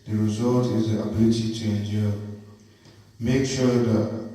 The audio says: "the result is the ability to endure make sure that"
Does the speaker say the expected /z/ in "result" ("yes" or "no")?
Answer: yes